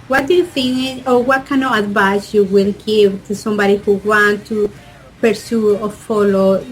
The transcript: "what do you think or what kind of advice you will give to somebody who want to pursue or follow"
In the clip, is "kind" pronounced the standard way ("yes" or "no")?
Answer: no